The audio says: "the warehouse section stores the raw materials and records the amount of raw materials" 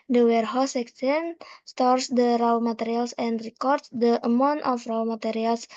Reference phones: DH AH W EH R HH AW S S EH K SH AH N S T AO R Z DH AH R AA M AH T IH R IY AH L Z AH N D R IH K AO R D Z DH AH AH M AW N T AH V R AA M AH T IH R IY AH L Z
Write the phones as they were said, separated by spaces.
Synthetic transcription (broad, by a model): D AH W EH R HH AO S S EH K S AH N S T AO R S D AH R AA M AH T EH R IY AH L S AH N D R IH K AO R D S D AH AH M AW N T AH F R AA M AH T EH R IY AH L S